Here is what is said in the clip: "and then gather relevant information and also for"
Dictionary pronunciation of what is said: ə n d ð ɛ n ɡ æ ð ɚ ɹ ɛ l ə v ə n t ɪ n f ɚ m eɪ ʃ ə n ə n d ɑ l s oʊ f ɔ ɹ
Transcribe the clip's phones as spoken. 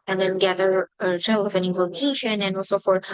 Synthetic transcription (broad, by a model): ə n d ð ɛ n ɡ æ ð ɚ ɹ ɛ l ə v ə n ɪ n f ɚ m eɪ ʃ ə n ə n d ɑ l s oʊ f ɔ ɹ